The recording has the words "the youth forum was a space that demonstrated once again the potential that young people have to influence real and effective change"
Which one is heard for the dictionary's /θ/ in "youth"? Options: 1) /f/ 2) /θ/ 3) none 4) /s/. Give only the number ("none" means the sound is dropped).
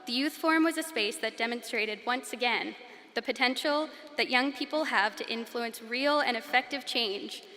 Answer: 2